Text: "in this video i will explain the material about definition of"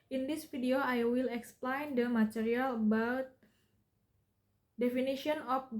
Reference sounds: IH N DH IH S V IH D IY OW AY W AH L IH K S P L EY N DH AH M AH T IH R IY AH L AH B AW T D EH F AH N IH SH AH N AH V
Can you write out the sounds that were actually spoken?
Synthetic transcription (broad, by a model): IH N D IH S F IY D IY OW AY W AH L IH K S P L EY N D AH M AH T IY R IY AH L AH B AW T D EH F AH N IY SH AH N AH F